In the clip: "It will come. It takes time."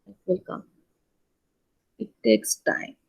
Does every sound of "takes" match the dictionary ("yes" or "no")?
yes